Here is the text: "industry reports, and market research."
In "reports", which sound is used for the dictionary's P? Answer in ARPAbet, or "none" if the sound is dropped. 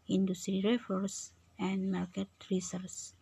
F